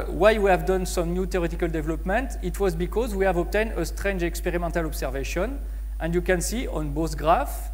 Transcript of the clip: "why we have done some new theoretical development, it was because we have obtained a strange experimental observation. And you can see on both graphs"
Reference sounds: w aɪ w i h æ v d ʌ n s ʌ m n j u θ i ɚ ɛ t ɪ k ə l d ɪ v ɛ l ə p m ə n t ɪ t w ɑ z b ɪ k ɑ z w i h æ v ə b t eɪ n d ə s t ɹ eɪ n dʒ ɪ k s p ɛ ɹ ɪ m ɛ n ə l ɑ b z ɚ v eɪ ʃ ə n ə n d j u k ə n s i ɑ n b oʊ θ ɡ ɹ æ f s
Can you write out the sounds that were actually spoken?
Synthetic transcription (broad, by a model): w aɪ w i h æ v d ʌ n s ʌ m n j u t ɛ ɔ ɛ t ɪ k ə l d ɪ v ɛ l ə p m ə n t ɪ t w ɑ z b ɪ k ɑ z w i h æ v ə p t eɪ n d ə s t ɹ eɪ n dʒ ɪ k s p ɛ ɹ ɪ m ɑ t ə l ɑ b s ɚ v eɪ ʃ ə n ə n d j u k ə n s i ɑ n b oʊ s ɡ ɹ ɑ f